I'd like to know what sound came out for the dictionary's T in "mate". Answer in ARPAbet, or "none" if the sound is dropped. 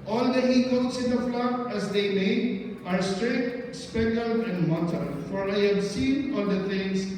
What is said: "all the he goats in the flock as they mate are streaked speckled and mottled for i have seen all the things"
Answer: none